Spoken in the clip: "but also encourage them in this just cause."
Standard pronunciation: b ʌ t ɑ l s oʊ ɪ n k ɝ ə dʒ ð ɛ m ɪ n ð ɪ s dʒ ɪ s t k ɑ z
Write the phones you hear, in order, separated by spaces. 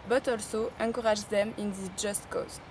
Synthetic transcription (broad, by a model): b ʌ t ɑ l s oʊ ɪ k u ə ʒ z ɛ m ɪ n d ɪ dʒ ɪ s t k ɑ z